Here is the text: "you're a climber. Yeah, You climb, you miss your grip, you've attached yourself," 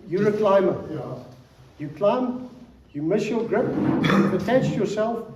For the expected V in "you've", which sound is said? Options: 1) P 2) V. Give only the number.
1